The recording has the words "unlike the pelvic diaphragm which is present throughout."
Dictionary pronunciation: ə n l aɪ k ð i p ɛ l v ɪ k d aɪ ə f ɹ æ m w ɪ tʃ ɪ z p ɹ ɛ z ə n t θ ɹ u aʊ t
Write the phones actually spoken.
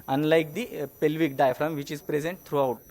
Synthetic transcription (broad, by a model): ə n l aɪ k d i p ɛ l v ɪ k d aɪ f ɹ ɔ m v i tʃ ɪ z p ɹ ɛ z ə n t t ɹ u aʊ t